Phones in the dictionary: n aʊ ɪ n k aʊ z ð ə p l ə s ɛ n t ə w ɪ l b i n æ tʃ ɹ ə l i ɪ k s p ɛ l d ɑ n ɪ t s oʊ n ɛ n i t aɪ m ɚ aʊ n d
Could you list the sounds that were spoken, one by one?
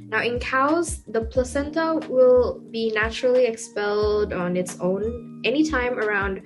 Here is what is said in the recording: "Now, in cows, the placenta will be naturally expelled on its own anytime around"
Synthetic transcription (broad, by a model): n aʊ ɪ n k aʊ z ð ə p l ə s ɛ n t ə w ɪ l b i n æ tʃ ɹ l i ɪ k s p ɛ l d n ɪ t s oʊ n ɛ n i t aɪ m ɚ aʊ n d